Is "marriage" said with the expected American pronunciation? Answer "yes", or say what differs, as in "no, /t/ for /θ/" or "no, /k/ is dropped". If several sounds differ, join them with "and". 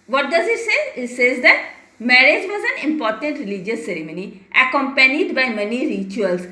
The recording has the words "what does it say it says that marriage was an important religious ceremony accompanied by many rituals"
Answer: yes